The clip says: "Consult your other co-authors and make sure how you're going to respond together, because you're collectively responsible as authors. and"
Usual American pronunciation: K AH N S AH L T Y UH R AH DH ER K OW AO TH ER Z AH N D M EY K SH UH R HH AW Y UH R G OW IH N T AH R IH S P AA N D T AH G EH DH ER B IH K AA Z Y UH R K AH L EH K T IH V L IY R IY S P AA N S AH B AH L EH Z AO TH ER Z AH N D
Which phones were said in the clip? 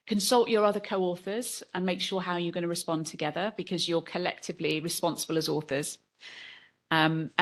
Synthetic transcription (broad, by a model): K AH N S AH L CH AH R AH DH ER K OW AO TH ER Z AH N M EY K SH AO HH AW Y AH G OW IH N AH R IH S P AA N T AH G EH DH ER B IH K AA Z Y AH K AH L EH K T IH V L IY R IY S P AA N S AH B AH L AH Z AO TH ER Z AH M